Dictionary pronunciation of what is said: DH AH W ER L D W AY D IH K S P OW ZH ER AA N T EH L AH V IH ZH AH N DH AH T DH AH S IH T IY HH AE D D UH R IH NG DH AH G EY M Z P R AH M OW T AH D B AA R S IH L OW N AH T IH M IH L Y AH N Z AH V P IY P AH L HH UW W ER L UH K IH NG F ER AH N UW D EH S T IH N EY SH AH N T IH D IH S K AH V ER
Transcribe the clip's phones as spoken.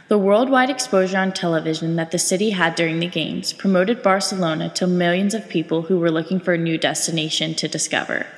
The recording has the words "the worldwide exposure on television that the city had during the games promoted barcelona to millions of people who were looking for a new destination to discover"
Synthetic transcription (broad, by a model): DH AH W ER L D W AY D IH K S P OW ZH ER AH N T EH L AH V IH ZH AH N DH AH T DH AH S IH T IY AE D D UH R IH NG DH AH G EY M Z P R AH M OW T AH D B AA R S IH L OW N AH T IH M IH L Y AH N Z AH V P IY P L HH UW W ER L UH K IH NG F ER AH N UW D EH S T IH N EY SH AH N T IH D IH S K AH V ER